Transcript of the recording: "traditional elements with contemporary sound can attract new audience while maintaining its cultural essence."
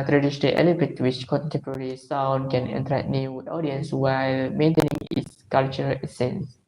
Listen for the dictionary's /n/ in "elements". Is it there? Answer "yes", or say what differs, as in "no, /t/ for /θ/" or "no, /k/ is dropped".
no, /n/ is dropped